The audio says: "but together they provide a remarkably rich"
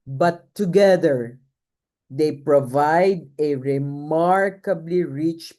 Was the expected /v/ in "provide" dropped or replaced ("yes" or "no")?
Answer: no